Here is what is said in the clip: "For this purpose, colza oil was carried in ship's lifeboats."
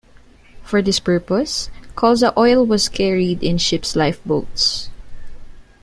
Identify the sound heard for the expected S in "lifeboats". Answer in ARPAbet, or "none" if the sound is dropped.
S